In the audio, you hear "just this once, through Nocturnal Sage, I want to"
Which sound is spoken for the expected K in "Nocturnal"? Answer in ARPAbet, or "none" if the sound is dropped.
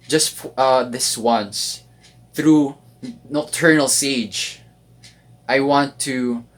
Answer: none